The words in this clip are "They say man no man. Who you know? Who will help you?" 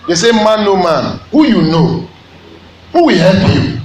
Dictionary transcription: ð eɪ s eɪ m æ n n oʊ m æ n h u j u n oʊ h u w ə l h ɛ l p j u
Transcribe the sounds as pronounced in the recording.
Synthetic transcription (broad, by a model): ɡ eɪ s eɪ m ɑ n n oʊ m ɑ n h u j u n oʊ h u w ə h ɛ p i